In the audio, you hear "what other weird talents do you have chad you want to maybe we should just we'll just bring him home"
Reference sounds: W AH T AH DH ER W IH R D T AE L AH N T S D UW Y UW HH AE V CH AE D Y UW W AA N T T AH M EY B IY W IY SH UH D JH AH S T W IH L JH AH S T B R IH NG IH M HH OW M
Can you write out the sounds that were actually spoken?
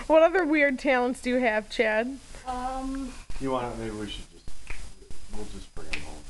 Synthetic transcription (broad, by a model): W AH T AH DH ER W IH R D T AE L AH N T S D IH Y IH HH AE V CH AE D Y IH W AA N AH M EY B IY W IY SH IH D JH AH S T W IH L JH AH S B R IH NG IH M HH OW